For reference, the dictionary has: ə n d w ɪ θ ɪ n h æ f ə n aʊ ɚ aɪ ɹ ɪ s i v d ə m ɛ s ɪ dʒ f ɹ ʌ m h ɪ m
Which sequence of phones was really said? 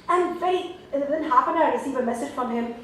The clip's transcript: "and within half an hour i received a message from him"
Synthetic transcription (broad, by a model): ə n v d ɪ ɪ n h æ p ə n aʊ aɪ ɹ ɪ s i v ə m ɛ s ɪ dʒ f ɹ ʌ m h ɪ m